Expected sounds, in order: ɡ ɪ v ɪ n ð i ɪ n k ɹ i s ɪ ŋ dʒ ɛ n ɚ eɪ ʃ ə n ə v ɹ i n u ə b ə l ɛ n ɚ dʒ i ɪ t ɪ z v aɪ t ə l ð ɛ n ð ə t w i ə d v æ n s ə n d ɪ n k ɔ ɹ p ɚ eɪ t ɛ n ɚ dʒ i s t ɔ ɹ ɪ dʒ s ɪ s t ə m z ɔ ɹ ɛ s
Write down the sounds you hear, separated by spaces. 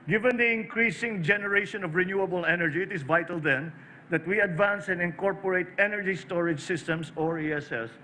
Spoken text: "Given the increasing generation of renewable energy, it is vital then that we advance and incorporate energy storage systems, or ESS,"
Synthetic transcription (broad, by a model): ɡ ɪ v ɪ n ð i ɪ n k ɹ i s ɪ ŋ dʒ ɛ n ɚ eɪ ʃ ə n ə v ɹ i n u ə b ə l ɛ n ɚ dʒ i ɪ t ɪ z v aɪ t ə l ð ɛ n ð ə t w i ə d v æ n s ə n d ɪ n k ɔ ɹ p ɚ eɪ t ɛ n ɚ dʒ i s t ɔ ɹ ɪ dʒ s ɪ s t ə m s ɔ ɹ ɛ s